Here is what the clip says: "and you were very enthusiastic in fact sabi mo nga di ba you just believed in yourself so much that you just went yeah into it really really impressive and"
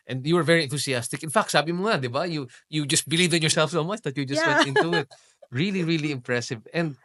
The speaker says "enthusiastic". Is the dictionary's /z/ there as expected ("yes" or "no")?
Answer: no